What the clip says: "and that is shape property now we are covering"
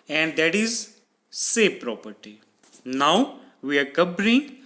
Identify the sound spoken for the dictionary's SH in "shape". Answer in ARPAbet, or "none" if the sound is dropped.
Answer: S